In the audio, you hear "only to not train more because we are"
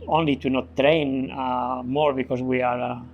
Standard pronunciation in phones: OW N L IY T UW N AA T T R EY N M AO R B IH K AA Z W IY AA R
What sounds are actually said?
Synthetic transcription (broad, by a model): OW N L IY T UW N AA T T R EY N M AO R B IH K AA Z W IY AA R